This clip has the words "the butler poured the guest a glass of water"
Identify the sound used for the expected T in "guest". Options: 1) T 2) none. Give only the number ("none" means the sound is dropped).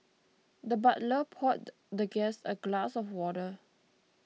2